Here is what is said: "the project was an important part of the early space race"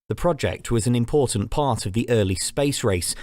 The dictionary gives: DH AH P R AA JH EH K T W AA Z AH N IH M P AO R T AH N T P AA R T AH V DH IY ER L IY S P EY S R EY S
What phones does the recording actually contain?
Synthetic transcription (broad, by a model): DH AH P R AA JH EH K T W AA Z AH N IH M P AO T N P AA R T AH V DH IY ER L IY S P EY S R EY S